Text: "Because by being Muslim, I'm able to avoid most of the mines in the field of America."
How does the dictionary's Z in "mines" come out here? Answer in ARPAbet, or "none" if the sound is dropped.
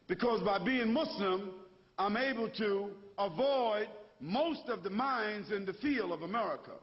Z